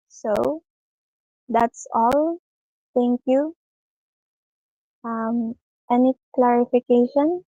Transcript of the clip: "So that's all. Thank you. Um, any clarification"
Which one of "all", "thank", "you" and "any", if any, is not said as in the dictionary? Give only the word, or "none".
thank